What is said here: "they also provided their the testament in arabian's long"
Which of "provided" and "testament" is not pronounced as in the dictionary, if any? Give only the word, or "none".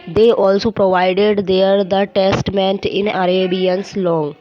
none